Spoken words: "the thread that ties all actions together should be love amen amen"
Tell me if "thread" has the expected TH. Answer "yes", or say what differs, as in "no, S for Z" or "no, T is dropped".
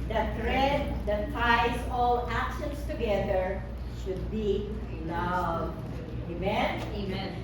no, T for TH